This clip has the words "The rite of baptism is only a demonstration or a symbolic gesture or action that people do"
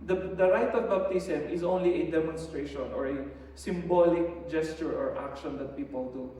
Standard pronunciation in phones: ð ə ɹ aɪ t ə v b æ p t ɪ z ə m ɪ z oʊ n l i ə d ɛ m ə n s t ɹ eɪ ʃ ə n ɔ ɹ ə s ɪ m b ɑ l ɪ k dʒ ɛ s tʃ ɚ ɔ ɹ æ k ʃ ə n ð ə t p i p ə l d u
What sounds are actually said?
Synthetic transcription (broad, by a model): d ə ɹ aɪ t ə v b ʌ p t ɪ s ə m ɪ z oʊ n l i ə d ɛ m ə n s t ɹ eɪ ʃ ə n ɔ ɹ ə s ɪ m b ɑ l ɪ k dʒ ɛ s tʃ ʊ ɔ ɹ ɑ k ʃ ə n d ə t p i p ə l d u